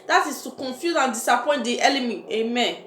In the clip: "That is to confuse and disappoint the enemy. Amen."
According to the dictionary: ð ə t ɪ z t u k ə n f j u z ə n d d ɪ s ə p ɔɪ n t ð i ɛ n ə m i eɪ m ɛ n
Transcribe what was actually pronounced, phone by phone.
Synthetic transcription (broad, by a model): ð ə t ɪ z t u k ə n f j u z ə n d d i s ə p ɔɪ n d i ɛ l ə m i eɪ m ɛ n